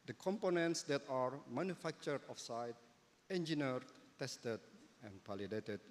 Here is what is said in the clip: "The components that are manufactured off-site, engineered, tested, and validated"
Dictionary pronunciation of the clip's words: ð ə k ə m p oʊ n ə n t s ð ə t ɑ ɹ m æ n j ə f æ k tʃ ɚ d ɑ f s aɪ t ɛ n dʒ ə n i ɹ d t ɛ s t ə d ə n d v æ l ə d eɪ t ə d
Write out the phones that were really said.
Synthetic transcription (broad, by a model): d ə k ə m p oʊ n ə n t s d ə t ɑ ɹ m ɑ n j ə f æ k tʃ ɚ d ɑ f s aɪ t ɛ n dʒ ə n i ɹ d t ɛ s t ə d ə n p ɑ l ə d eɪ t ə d